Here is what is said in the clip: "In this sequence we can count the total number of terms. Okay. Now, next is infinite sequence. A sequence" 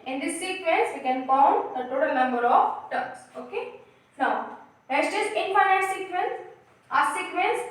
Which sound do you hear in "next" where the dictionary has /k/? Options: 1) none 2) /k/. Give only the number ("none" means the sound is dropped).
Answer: 1